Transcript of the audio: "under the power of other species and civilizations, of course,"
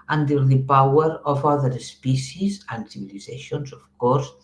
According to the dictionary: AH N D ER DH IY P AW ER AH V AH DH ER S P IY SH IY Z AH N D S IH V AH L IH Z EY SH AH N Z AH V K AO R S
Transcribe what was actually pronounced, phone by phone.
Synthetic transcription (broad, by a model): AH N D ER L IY P AW ER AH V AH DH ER S P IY S IY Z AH N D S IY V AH L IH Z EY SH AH N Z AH F K AO R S